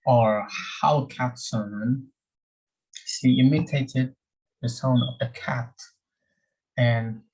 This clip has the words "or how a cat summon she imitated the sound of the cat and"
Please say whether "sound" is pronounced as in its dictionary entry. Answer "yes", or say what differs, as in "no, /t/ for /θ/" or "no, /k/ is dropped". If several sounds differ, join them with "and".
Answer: no, /d/ is dropped